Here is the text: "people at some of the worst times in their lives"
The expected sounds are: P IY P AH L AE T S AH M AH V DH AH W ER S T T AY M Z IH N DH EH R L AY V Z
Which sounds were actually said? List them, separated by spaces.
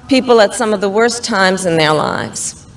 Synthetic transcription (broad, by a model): P IY P L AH T S AH M AH V DH AH W ER S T T AY M Z IH N DH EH R L AY V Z